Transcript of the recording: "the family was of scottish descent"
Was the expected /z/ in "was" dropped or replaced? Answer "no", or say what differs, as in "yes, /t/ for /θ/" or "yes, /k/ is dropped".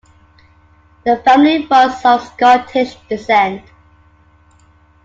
yes, /s/ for /z/